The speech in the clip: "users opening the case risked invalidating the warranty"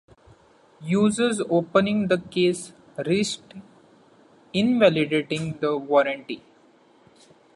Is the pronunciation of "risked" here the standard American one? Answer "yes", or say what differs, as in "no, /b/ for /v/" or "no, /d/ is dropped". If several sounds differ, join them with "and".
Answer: no, /k/ is dropped